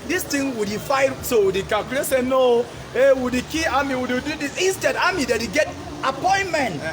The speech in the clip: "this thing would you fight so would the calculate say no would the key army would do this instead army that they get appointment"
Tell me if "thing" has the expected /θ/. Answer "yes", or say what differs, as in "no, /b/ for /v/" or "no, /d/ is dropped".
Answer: no, /t/ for /θ/